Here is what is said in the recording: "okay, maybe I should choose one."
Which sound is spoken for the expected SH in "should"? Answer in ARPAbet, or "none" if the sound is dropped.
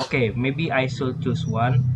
S